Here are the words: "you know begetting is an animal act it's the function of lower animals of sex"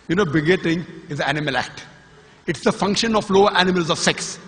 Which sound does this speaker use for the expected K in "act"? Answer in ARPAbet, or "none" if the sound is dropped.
K